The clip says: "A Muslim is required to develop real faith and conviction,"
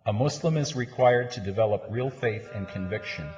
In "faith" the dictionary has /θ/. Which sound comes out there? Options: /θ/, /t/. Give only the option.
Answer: /θ/